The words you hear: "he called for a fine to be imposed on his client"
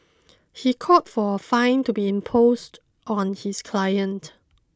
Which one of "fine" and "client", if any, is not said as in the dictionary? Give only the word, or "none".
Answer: none